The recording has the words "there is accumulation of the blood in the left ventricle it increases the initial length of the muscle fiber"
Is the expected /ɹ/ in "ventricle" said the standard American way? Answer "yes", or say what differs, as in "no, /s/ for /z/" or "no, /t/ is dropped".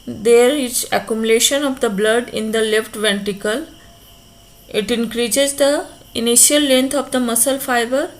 no, /ɹ/ is dropped